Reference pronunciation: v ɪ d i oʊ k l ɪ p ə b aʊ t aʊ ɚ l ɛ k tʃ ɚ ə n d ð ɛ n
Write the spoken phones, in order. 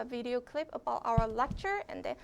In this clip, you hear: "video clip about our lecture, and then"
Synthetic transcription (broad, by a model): v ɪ d i oʊ k l ɪ p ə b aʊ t aʊ ɚ l ɛ k tʃ ɚ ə n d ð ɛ